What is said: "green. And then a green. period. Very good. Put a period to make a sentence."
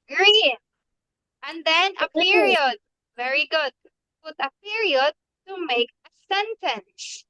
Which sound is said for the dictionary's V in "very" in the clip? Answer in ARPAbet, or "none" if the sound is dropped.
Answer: V